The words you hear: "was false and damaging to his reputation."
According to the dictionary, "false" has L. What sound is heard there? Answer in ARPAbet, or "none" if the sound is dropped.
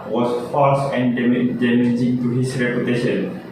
none